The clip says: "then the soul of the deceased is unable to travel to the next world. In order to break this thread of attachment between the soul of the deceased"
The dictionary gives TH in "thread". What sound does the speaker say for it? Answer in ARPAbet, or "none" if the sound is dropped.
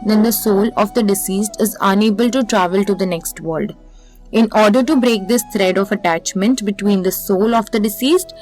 T